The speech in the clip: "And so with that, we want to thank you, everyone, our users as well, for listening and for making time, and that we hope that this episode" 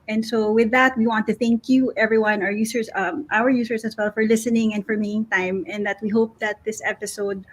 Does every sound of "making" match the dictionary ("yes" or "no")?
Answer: no